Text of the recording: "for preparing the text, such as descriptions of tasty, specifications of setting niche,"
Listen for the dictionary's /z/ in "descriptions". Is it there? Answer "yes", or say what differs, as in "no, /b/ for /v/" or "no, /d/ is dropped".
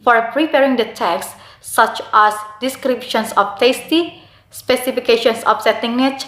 no, /s/ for /z/